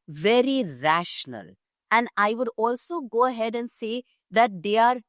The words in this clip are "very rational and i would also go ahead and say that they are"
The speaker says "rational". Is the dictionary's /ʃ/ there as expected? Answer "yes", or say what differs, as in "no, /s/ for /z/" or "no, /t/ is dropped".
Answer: yes